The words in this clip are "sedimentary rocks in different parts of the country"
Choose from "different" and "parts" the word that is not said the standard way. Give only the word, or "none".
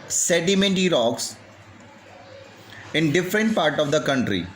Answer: parts